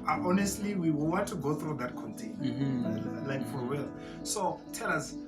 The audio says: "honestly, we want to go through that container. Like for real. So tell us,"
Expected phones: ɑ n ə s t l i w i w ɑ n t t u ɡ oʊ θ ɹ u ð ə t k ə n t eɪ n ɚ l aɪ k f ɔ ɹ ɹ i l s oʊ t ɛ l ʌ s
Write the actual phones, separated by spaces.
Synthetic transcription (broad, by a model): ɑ n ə s t l i w i w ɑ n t t u ɡ oʊ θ ɹ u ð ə t k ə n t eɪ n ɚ l aɪ k f ɔ ɹ w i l s oʊ t ɛ l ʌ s